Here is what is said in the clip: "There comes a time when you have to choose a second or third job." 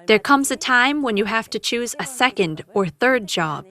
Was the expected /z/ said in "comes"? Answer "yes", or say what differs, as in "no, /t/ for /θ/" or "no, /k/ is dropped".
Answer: yes